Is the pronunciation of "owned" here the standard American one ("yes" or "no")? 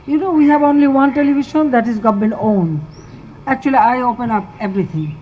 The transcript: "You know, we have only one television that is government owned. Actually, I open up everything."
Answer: no